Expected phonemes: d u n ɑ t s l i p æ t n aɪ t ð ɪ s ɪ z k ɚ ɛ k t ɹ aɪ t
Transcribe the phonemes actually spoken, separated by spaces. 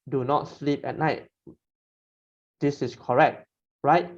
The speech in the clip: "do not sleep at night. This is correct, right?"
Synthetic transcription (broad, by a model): d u n ɑ t s l i p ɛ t n aɪ t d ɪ s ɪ s k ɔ ɛ k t ɹ aɪ t